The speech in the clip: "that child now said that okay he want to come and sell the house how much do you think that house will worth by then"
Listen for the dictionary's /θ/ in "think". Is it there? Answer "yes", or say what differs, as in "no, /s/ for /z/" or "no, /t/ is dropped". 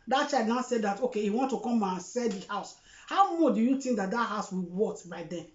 no, /t/ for /θ/